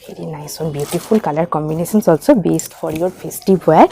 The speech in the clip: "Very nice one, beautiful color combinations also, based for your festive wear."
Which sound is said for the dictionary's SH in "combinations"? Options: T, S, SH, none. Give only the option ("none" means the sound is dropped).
S